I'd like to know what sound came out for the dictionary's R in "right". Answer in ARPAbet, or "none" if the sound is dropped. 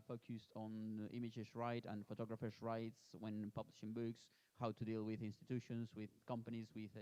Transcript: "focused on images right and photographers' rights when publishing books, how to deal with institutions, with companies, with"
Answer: R